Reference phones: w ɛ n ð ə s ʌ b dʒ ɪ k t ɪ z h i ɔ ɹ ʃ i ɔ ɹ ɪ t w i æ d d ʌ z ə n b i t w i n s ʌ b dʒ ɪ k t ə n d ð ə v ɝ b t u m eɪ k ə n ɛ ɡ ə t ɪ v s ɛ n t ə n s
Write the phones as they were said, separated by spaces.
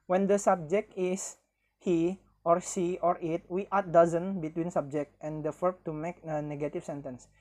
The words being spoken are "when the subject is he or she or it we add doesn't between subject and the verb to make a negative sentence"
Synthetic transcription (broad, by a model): w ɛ n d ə s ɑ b dʒ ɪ k t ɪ s h i ɔ ɹ s i ɔ ɹ ɪ t w i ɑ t d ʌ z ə n b i t w i n s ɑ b dʒ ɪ k t ə n d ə f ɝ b t u m eɪ k ə n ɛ ɡ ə t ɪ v s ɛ n t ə n s